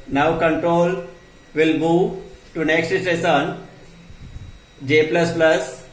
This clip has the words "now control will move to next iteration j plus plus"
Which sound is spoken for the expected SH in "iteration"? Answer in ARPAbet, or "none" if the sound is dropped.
S